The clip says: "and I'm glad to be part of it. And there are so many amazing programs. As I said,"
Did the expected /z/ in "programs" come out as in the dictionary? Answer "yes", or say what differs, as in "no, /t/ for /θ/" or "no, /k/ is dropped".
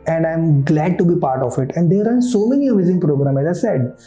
no, /z/ is dropped